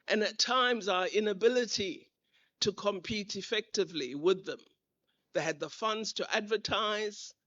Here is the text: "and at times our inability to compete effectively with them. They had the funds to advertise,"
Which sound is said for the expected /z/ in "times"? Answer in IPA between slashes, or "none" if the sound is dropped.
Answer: /z/